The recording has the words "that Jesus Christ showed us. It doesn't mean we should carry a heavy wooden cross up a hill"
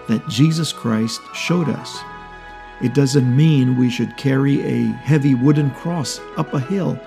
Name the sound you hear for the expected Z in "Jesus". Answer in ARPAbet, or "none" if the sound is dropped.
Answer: Z